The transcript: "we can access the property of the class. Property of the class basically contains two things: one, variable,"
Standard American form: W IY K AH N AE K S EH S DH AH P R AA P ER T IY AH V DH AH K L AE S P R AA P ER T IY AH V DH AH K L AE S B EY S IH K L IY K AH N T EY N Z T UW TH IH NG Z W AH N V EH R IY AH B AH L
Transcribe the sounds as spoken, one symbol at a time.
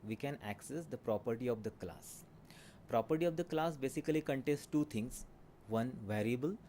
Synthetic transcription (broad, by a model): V IY K AH N AE K S EH S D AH P R AA P ER T IY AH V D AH K L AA S P R AA P ER T IY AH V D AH K L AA S B EY S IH K L IY K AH N T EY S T T UW T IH NG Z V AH N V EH R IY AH B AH L